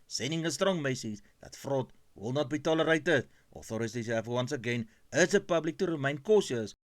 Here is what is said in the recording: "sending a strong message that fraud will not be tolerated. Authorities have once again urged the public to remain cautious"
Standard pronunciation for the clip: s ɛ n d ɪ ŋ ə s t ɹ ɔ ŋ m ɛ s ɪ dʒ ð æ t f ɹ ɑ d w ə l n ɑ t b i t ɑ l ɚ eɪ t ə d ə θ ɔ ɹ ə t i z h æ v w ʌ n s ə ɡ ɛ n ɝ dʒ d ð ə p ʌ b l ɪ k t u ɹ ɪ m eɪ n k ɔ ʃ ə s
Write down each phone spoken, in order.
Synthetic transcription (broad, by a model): s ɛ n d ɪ ŋ ə s t ɹ ɔ ŋ m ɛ s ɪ z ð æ t f ɹ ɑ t w ə l n ɑ t b i t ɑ l ɚ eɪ t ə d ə θ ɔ ɹ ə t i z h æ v w ʌ n s ə ɡ ɛ n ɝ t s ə p ʌ b l ɪ k t u ɹ ɪ m eɪ n k ɔ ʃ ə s